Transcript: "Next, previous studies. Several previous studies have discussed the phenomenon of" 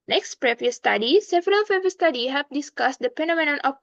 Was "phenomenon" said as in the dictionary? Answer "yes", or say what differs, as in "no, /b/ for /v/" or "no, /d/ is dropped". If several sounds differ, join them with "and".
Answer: no, /p/ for /f/